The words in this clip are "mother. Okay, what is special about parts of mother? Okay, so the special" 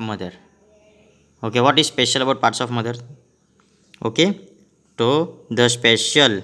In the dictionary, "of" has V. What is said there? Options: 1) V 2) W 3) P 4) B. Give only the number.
3